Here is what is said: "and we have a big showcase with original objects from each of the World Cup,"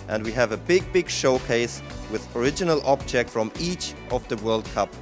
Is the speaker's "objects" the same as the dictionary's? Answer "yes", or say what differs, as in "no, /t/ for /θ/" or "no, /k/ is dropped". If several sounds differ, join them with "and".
no, /s/ is dropped